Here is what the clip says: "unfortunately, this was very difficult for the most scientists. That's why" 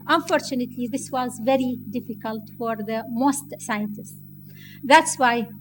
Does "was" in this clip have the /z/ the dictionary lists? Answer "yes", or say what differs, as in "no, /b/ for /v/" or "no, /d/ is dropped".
yes